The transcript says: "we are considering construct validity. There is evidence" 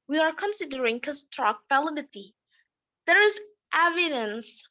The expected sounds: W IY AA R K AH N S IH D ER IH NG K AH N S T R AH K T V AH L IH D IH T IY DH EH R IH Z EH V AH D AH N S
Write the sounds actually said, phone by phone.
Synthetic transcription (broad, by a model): W IY AA R K AH N S IH D ER IH NG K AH S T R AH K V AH L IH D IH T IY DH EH R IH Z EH V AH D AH N S